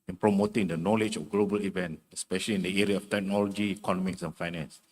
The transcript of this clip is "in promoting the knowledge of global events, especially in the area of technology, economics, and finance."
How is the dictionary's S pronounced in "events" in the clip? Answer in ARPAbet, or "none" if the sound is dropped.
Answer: none